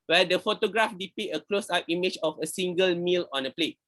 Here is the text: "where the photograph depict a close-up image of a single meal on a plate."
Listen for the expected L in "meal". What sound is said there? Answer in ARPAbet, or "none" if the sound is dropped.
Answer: L